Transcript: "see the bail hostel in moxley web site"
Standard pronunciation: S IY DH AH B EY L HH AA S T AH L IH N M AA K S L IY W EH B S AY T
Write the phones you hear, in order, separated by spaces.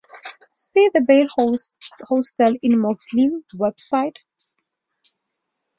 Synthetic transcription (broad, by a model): S IY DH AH B EY L HH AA S T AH L IH N M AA S L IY W EH B S AY T